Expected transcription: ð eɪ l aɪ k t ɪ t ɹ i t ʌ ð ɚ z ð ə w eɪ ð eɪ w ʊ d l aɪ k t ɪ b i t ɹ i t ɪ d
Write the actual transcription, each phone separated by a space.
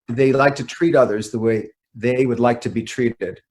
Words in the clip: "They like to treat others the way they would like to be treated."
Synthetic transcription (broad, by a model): ð eɪ l aɪ k t ɪ t ɹ i t ʌ ð ɚ z ð ə w eɪ ð eɪ w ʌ d l aɪ k t ɪ b i t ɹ i t ɪ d